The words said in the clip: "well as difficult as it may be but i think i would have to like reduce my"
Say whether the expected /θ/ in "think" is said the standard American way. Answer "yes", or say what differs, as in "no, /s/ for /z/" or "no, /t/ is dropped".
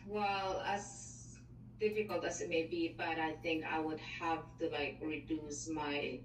yes